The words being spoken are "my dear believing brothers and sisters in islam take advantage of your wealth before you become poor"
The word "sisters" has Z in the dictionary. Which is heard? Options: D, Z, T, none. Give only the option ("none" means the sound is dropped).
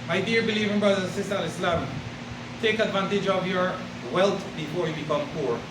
none